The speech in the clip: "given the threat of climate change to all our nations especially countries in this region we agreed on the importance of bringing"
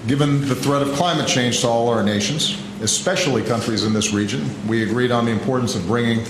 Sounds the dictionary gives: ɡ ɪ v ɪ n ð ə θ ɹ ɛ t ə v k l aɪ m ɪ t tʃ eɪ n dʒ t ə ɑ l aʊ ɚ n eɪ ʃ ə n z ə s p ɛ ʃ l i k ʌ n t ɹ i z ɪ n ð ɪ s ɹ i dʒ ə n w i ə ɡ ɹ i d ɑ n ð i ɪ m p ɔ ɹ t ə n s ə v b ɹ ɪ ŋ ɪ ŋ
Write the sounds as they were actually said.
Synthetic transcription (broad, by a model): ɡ ɪ v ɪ n ð ə θ ɹ ɛ t ə v k l aɪ m ɪ t tʃ eɪ n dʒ t ə ɑ l aʊ ɚ n eɪ ʃ n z ə s p ɛ ʃ l i k ʌ n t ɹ i z ɪ n ð ɪ s ɹ i dʒ ə n w i ə ɡ ɹ i d n ð i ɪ m p ɔ ɹ t n s ə v b ɹ ɪ ŋ ɪ ŋ